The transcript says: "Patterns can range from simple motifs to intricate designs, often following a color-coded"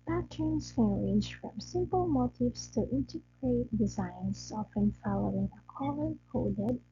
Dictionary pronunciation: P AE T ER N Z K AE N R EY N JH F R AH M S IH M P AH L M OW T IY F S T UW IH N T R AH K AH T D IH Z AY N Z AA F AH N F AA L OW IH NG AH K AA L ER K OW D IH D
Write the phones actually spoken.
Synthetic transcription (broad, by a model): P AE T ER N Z K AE N R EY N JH F R AH M S IH M P AH L M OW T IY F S T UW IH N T AH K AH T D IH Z AY N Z AA F AH N F AA L OW IH NG AH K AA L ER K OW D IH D